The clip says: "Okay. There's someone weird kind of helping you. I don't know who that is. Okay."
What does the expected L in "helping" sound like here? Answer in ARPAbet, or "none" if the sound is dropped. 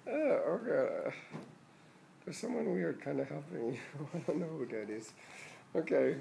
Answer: none